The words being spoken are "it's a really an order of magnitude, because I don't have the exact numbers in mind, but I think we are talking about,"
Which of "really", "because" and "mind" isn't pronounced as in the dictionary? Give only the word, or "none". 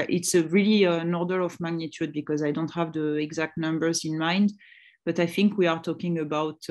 none